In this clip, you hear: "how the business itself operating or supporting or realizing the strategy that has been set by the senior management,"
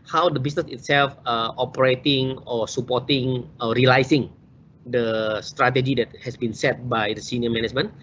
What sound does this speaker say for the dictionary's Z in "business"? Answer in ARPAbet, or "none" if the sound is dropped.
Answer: S